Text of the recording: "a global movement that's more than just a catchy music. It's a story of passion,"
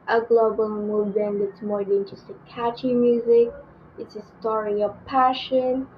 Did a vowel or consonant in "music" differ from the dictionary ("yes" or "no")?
no